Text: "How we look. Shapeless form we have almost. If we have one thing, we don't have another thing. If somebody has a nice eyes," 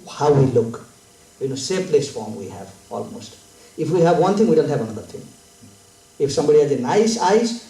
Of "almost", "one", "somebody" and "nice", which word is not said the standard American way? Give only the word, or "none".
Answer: none